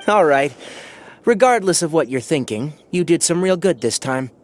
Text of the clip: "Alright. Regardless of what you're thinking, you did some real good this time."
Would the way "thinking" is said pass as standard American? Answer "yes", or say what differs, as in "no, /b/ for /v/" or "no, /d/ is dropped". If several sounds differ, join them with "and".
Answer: yes